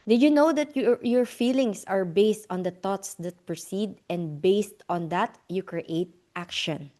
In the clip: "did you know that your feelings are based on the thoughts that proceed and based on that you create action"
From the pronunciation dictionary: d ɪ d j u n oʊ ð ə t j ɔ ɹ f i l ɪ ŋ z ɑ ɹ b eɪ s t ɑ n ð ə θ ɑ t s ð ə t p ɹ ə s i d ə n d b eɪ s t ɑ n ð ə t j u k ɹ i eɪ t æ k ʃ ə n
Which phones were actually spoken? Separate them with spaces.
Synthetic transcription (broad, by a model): d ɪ j u n oʊ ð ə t j ɔ ɹ f i l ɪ ŋ s ɑ ɹ b eɪ s t ɑ n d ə t ɑ t s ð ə t p ɹ ə s i d ə n d b eɪ s t ɑ n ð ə t j u k ɹ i eɪ t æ k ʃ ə n